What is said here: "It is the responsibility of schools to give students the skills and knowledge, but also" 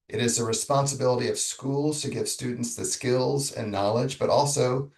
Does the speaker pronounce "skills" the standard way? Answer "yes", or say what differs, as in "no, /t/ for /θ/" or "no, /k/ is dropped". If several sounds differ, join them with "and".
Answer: yes